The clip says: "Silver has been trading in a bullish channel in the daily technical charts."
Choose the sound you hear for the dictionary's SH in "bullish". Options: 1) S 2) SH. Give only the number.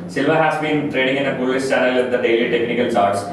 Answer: 1